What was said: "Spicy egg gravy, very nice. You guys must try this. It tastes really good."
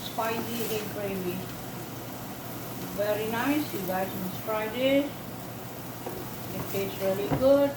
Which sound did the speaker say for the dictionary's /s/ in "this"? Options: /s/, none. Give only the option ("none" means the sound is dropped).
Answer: none